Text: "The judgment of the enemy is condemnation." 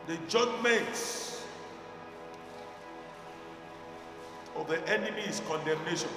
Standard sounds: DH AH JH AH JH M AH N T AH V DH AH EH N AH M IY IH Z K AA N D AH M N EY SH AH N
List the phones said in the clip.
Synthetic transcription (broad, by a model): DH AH JH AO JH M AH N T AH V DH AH EH N AH M IY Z K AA N D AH M N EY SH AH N